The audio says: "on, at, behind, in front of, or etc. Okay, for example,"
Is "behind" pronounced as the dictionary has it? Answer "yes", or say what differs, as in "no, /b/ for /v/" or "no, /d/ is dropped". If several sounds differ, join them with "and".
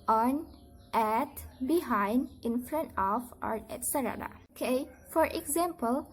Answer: yes